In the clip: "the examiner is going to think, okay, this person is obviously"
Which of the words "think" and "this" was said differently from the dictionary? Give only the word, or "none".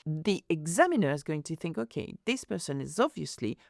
none